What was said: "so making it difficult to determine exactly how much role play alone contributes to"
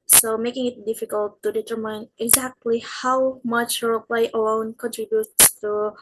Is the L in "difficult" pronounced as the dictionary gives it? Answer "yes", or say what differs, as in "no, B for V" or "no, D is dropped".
yes